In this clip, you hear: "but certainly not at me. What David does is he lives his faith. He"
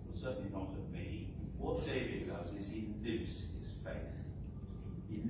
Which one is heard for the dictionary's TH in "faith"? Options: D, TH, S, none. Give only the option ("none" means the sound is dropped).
TH